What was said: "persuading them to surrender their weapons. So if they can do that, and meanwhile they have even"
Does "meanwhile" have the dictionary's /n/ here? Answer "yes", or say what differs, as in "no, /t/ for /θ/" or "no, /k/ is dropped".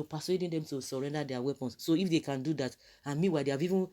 no, /n/ is dropped